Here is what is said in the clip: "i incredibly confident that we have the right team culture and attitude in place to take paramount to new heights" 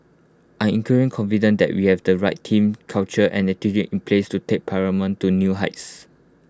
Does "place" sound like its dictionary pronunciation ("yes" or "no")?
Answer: yes